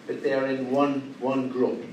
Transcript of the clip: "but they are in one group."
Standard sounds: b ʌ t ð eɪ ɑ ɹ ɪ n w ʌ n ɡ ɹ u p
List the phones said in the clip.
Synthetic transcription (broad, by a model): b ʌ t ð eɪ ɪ w ɪ n w ʌ n ɡ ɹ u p